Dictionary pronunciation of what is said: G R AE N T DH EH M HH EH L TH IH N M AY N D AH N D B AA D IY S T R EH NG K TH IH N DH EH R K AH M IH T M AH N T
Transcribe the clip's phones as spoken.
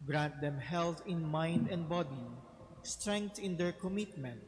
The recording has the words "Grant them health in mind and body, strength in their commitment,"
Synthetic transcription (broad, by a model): G R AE N T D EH M HH EH L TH IH N M AY N D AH N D B AA D IY S T R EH NG K T IH N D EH R K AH M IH T M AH N T